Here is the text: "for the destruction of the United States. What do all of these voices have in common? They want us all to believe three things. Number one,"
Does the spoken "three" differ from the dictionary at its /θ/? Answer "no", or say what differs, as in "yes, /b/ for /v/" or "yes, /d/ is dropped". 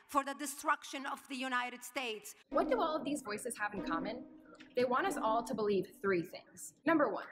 no